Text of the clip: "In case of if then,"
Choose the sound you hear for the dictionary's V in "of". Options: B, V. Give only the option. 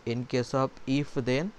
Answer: B